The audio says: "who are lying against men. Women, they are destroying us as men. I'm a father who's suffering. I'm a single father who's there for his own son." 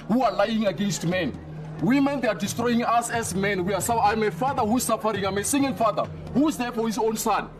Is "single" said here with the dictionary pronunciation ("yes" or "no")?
no